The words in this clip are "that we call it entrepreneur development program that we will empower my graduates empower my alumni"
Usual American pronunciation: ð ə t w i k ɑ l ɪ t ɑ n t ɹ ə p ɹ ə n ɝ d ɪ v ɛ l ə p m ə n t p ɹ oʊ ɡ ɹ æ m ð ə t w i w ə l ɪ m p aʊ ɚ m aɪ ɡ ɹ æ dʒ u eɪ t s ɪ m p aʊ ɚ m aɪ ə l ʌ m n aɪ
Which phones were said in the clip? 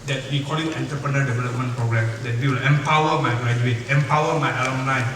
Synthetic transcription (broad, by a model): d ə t w i k ɑ l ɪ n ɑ n t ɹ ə p ɹ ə n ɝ d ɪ v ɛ l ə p m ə n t p ɹ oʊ ɡ ɹ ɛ m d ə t w i w ə l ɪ m p aʊ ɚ m aɪ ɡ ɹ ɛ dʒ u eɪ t ɪ m p aʊ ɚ m aɪ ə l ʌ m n aɪ